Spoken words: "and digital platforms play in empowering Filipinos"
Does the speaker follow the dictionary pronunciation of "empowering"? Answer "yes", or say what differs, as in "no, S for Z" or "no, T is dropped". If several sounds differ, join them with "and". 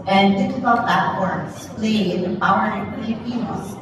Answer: no, M is dropped